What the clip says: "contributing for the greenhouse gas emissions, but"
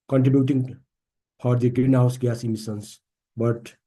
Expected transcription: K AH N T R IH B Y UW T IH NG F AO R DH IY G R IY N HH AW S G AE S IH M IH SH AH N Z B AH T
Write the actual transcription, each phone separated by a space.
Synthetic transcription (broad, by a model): K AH N T R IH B Y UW T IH NG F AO R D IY G R IY N HH AW S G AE S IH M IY S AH N S B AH T